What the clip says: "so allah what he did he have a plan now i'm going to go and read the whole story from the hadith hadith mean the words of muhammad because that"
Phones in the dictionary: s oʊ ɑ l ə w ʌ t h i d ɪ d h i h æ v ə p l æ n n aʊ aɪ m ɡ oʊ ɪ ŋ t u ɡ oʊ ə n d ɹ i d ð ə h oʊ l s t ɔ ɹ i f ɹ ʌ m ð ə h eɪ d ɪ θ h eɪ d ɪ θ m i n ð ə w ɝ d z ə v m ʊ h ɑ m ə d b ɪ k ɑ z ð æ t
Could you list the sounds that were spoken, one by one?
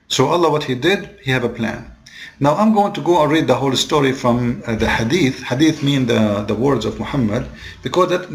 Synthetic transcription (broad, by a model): s oʊ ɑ l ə w ʌ t h i d ɪ d h i h æ v ə p l æ n n aʊ aɪ m ɡ oʊ ɪ ŋ t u ɡ oʊ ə n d ɹ i d ð ə h oʊ l s t ɔ ɹ i f ɹ ʌ m ð ə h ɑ d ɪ θ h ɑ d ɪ θ m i n ð ə w ɝ d z ə v m ʊ h ɑ m ə d b ɪ k ɑ z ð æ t